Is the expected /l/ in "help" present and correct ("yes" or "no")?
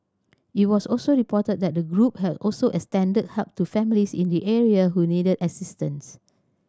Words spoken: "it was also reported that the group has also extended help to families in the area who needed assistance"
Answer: no